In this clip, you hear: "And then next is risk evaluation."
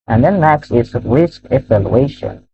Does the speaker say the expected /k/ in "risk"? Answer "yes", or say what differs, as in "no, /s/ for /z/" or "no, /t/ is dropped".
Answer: yes